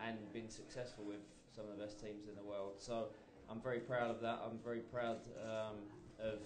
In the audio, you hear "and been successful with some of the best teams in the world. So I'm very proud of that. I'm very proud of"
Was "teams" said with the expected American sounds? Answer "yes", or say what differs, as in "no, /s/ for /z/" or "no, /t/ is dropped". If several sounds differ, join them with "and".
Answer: yes